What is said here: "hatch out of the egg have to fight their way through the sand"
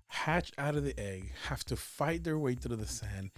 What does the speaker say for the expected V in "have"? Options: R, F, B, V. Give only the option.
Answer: F